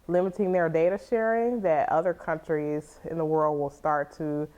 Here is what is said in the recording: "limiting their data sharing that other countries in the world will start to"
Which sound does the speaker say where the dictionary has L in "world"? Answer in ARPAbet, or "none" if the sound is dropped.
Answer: L